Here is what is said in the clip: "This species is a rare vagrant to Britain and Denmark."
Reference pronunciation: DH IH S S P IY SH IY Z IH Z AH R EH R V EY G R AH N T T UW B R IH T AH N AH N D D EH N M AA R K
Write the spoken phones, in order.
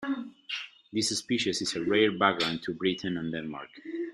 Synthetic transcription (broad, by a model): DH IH S S P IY SH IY S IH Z AH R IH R B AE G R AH N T T UW B R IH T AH N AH N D D EH N M AA R K